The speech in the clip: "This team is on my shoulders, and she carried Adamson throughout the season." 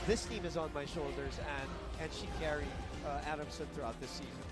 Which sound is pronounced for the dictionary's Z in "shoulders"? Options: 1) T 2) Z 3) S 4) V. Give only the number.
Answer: 2